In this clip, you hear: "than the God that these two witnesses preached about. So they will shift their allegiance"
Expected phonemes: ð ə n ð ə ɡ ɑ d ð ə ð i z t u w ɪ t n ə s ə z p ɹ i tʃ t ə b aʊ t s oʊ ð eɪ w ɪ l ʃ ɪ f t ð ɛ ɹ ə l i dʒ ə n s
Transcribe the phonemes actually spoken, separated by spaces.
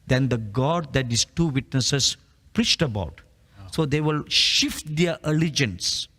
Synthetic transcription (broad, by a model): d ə n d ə ɡ ɑ d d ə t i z t u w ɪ t n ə s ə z p ɹ i tʃ t ə b aʊ t s oʊ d eɪ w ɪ l ʃ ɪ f t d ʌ ɹ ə l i dʒ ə n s